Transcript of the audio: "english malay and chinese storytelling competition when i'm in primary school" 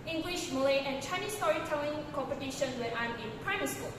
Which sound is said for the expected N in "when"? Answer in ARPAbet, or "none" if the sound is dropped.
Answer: none